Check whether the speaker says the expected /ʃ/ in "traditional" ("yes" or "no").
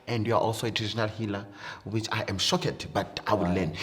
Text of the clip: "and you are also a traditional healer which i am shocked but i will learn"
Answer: no